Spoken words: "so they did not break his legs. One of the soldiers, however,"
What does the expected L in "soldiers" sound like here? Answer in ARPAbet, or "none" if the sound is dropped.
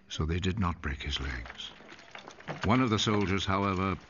L